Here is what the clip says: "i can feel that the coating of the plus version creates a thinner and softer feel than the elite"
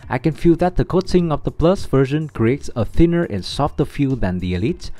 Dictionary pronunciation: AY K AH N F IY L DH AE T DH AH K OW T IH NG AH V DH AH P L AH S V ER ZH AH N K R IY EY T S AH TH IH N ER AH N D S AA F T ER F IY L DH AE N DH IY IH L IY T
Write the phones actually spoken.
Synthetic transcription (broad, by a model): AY K AH N F IY L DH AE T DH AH K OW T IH NG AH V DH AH P L AH S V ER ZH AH N K R IY EY T S AH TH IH N ER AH N S AA F T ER F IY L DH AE N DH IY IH L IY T